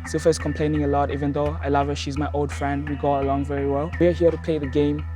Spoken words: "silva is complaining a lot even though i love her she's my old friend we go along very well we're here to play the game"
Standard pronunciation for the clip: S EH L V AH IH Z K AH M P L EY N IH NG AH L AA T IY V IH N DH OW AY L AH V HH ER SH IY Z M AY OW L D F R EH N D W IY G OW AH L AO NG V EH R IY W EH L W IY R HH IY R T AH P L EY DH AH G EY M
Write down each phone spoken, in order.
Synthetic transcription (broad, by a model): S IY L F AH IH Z K AH M P L EY N IH NG AH L AA T IY V IH N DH OW AY L AH V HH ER SH IY Z M AY OW L D F R EH N D W IY G OW AH L AO NG V EH R IY W EH L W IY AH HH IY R T AH P L EY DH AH G EY M